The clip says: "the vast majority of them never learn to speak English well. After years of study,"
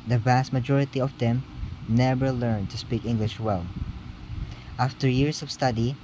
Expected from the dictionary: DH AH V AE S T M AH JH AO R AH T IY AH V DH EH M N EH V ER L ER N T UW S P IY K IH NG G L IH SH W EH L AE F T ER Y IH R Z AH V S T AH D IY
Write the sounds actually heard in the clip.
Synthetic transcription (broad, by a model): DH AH V AE S T M AH JH AO R AH T IY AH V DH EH M N EH V ER L ER N T UW S P IY K IH NG G L IH SH W EH L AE F T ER Y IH R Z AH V S T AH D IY